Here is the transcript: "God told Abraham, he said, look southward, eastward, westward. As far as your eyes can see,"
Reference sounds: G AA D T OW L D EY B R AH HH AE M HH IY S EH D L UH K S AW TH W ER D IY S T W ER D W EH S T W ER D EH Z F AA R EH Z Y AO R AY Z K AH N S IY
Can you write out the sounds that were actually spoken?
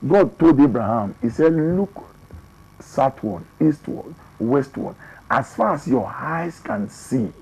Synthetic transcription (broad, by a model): G AA D T OW L D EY B R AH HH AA M IY S EH D L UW K S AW T W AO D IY S T W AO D W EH S T W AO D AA S F AA R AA S Y AO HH AY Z K AH N S IY